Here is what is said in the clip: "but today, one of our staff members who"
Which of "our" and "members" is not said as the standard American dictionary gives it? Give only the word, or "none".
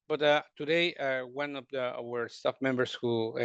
members